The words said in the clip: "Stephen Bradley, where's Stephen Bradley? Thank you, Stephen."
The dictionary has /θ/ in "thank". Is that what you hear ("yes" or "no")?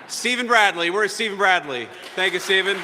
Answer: yes